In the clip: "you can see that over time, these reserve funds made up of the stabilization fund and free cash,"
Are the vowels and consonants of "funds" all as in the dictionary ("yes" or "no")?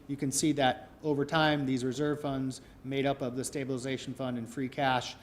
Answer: yes